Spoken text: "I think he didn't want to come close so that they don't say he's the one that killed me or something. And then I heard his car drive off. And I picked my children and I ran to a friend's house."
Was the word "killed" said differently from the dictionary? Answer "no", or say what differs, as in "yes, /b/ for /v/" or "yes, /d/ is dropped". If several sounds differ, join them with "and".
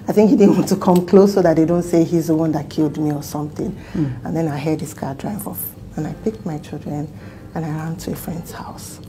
no